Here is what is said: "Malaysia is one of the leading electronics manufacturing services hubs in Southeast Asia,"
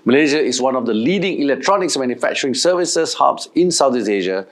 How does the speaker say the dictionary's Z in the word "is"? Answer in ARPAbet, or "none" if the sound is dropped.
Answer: S